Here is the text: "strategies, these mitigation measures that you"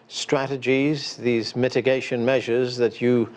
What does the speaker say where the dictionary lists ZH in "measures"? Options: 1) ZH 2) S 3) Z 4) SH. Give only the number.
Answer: 1